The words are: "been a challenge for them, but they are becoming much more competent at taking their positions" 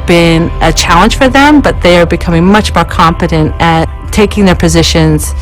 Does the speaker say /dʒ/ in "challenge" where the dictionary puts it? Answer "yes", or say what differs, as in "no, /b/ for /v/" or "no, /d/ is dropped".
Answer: no, /ʒ/ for /dʒ/